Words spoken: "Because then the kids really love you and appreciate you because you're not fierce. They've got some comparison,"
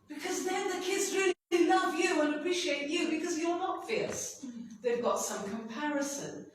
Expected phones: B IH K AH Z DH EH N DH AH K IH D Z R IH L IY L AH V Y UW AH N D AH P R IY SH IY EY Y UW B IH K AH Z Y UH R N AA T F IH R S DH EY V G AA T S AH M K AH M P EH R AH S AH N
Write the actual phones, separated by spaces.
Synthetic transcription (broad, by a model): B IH K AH Z DH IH N DH AH K IH D Z R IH L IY L AH V Y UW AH N AH P R IY SH IY EY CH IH B IH K AH Z Y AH R N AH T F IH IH S DH EY V G AA T S AH M K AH M P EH R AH S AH N